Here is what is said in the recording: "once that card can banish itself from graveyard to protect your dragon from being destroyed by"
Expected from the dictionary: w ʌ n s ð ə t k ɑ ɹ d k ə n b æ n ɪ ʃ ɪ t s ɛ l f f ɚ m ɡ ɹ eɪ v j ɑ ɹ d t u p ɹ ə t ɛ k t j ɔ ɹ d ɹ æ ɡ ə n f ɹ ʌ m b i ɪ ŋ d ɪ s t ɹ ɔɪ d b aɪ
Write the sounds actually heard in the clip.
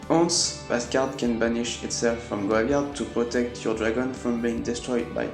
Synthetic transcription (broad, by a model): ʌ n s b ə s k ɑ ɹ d k ə n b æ n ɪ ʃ ɪ t s ɛ l f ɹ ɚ m ɡ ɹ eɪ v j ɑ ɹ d t u p ɹ ə t ɛ k t j ɔ ɹ d ɹ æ ɡ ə n f ɹ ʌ m b i ɪ ŋ d ɪ s t ɹ ɔɪ d b aɪ